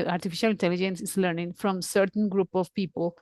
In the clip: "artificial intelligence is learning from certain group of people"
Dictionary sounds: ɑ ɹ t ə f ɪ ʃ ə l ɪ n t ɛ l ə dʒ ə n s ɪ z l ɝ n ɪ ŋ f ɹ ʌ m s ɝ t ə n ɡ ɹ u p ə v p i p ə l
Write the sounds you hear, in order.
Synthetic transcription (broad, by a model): ɑ ɹ t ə f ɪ ʃ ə l ɪ n t ɛ l ə dʒ ə n s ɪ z l ɝ n ɪ ŋ f ɹ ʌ m s ɝ t ə n ɡ ɹ u p ə v p i p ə l